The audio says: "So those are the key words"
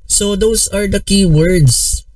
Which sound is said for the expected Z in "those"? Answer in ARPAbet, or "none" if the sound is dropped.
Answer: S